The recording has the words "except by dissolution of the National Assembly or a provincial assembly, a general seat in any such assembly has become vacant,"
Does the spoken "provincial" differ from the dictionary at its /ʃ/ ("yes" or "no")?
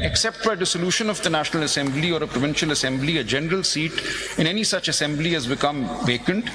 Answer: no